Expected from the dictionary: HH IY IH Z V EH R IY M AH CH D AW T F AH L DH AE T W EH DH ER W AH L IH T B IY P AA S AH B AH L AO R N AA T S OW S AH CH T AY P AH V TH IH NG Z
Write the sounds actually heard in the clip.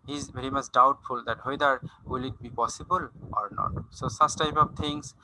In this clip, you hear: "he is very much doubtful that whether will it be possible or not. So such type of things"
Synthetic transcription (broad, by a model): HH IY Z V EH R IY M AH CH D AW T F AH L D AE T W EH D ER W AH L IH T B IY P AA S AH B AH L AO R N AA T S OW S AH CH T AY P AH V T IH NG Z